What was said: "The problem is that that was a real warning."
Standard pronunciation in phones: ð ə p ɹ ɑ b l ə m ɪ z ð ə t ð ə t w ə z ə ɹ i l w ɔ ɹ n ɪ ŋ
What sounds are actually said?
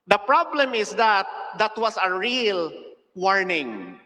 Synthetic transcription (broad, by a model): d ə p ɹ ɑ b l ə m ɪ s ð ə t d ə t w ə s ə ɹ i l w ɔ ɹ n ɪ ŋ